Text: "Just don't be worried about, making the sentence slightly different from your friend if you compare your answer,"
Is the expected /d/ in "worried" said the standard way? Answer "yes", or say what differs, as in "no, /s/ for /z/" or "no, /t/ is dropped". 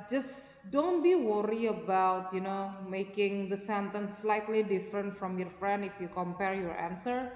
no, /d/ is dropped